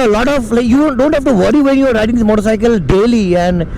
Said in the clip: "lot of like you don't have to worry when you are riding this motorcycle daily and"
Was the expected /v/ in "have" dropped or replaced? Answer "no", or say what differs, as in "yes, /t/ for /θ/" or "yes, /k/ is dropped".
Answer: yes, /f/ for /v/